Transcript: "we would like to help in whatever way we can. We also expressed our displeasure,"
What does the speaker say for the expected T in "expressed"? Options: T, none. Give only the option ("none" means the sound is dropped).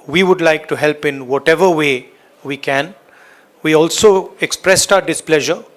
T